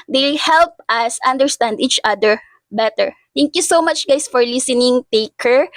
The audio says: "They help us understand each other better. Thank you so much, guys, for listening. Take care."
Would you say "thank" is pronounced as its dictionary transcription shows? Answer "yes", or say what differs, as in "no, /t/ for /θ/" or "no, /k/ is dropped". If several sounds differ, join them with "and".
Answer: no, /t/ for /θ/